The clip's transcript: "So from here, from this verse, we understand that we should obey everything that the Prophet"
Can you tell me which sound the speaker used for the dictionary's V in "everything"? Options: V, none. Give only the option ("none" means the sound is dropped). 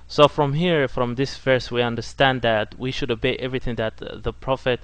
V